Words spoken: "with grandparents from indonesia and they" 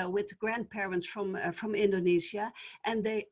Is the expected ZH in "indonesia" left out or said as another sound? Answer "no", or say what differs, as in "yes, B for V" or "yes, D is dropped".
yes, Z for ZH